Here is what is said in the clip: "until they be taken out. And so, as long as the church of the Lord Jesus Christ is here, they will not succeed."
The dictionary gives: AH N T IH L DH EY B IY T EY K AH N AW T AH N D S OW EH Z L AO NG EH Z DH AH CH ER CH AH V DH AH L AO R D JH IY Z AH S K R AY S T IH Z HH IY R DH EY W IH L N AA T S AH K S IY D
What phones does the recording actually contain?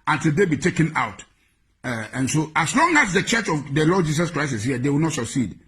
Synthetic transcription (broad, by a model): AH N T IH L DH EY B IY T EY K AH N AW T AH N S OW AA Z L AO NG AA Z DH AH CH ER CH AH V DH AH L AO D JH IY S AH S K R AY S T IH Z HH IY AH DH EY W IH L N AA T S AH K S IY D